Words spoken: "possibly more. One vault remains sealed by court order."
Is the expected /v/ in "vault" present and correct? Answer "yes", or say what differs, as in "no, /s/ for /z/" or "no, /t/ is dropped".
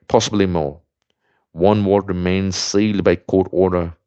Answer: no, /w/ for /v/